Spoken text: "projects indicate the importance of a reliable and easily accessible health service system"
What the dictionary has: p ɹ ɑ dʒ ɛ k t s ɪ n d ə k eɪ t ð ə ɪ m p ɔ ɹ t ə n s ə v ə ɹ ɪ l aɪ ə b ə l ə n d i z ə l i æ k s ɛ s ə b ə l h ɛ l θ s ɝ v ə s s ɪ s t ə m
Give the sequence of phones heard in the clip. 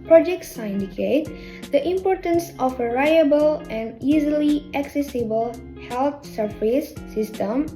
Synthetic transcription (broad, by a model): p ɹ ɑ dʒ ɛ k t s ɪ n d ə k eɪ t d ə ɪ m p ɔ ɹ t ə n s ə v ə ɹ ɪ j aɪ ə b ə l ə n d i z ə l i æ k s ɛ s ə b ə l h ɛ l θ s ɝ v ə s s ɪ s t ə m